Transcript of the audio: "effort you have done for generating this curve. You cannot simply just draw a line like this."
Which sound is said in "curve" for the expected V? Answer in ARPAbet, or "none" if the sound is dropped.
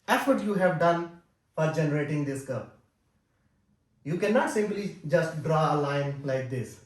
P